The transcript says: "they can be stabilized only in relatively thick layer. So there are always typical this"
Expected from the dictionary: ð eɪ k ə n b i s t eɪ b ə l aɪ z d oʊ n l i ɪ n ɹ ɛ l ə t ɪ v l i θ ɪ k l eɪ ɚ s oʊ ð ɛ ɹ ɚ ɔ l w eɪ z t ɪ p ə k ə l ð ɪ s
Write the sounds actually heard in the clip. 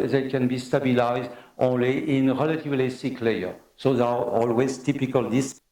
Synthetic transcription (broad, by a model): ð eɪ k ə n b i s t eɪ b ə l aɪ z d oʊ n l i ɪ n ɹ ɛ l ə t ɪ v l i s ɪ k l eɪ ɚ s oʊ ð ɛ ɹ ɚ ɔ l w eɪ z t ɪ p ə k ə l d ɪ s